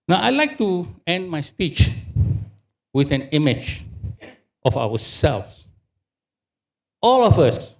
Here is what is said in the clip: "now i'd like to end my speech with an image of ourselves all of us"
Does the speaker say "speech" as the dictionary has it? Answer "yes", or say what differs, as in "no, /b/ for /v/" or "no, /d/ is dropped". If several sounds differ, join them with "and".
yes